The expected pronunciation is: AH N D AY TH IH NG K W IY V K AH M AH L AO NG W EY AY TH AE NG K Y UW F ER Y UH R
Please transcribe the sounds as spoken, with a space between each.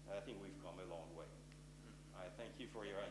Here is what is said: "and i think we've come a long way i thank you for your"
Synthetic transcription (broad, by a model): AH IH TH IH NG K W IY V K AH M AH L AO NG W EY AY TH AE NG K Y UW F ER Y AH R